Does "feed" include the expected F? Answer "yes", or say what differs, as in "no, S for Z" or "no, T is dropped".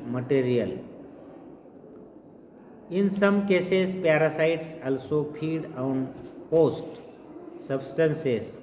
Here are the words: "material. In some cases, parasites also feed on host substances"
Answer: no, P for F